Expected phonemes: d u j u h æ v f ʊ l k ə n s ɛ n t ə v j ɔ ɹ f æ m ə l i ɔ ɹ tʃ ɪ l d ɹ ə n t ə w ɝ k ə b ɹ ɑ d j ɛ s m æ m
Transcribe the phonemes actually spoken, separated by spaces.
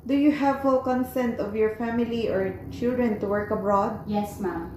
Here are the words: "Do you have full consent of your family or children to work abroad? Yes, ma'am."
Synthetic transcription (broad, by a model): d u j u h æ v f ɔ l k ə n s ɛ n t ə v j ɔ ɹ f æ m ə l i ɔ ɹ tʃ ɪ l d ɹ ə n t ə w ɝ k ə b ɹ ɑ d j ɛ s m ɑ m